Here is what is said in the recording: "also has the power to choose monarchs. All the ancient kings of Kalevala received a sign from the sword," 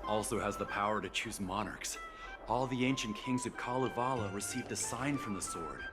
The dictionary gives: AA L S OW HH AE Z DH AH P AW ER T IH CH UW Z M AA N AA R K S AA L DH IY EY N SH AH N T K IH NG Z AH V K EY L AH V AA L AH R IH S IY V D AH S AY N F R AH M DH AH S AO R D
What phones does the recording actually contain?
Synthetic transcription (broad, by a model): AA L S OW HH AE Z DH AH P AW ER T IH CH UW Z M AA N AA R K S AA L DH IY EY N SH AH N K IH NG Z AH V K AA L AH V AA L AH R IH S IY V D AH S AY N F R AH M DH AH S AO R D